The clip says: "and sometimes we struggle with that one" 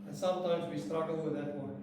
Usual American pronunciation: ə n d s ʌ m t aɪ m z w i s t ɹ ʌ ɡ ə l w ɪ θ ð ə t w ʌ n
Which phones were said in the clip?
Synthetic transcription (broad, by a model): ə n s ʌ m t aɪ m z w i s t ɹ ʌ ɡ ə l w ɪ ð ə t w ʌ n